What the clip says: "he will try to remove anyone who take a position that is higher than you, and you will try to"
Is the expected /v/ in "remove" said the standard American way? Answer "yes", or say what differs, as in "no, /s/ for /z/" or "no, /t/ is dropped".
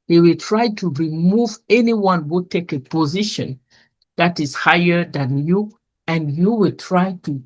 yes